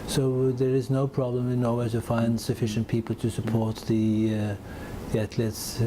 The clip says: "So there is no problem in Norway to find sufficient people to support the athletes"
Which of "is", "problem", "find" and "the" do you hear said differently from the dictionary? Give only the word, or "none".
none